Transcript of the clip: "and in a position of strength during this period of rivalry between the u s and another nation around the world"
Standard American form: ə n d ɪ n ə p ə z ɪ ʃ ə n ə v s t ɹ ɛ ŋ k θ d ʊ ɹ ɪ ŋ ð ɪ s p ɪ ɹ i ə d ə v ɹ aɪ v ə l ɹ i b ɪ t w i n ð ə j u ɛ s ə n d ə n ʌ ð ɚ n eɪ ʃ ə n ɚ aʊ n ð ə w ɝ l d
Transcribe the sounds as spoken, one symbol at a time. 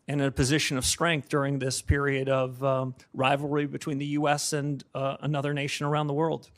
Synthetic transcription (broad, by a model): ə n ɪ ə p ə z ɪ ʃ ə n ə v s t ɹ ɛ ŋ k θ d ʊ ɹ ɪ ŋ ð ɪ s p ɪ ɹ i ə d ə v ɹ aɪ v l ɹ i b ɪ t w i n ð ə j u ɛ s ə n ə n ʌ ð ɚ n eɪ ʃ ə n ɚ aʊ n ð ə w ɝ l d